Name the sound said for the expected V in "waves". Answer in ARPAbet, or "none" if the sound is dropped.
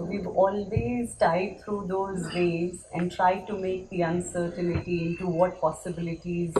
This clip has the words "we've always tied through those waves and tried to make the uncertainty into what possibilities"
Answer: none